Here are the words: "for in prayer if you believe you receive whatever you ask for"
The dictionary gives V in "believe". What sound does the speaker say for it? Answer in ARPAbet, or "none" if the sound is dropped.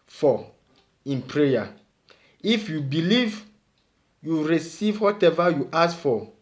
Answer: V